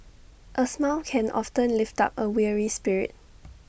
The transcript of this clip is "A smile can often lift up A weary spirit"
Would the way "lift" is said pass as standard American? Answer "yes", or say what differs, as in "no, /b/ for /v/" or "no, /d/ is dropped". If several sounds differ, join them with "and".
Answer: yes